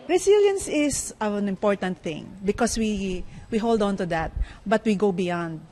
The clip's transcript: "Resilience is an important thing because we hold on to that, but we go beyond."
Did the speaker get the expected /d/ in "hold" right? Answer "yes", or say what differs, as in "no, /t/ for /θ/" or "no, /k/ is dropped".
yes